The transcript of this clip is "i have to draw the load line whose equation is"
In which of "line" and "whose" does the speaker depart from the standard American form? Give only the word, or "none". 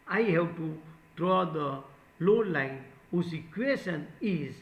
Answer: whose